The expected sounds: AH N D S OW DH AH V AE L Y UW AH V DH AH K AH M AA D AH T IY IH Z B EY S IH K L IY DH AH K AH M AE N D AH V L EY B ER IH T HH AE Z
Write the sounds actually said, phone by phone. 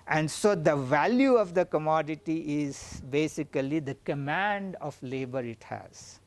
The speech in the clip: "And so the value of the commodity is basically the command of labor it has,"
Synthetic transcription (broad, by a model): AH N D S OW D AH V AE L Y UW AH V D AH K AH M AA D AH T IY IH Z B EY S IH K L IY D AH K AH M AE N D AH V L EY B ER IH T HH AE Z